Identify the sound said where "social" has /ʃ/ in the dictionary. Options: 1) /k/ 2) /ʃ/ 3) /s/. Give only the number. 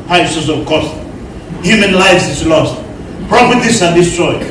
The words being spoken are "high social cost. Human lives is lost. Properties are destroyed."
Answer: 3